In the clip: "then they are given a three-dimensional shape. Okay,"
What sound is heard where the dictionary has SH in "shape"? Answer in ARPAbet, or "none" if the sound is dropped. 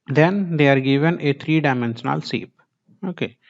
S